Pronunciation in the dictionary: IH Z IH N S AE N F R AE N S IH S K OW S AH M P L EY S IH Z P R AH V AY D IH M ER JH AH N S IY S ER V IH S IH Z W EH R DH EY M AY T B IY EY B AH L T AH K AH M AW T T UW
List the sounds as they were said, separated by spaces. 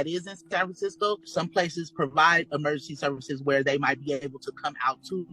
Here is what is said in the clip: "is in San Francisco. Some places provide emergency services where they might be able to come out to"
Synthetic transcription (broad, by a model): IH Z IH N S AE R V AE S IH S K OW S AH M P L EY S IH Z P R AH V AY D IH M ER JH AH N S IY S ER V IH S IH Z W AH R DH EY M AY T B IY EY B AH L T AH K AH M AW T T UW